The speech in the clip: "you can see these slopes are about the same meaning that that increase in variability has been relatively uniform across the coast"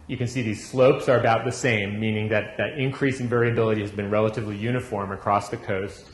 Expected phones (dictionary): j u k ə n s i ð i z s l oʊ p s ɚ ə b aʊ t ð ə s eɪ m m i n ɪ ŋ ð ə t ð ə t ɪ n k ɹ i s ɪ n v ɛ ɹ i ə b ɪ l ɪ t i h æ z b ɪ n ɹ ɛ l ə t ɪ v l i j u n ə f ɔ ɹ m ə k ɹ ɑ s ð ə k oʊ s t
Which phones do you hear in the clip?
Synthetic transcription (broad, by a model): j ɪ k ə n s i ð i z s l oʊ p s ɚ ə b aʊ t ð ə s eɪ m m i n ɪ ŋ ð ə t ð ə t ɪ n k ɹ i s ɪ n v ɛ ɹ i ə b ɪ l ɪ t i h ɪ z b ɪ n ɹ ɛ l ə t ɪ v l i j u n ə f ɔ ɹ m ə k ɹ ɑ s ð ə k oʊ s t